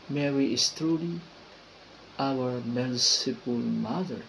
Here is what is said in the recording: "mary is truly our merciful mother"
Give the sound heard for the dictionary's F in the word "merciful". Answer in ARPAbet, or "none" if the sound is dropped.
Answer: P